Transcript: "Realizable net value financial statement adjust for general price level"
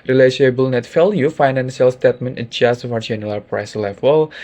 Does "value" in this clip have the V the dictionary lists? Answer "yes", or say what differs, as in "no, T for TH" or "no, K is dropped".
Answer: no, F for V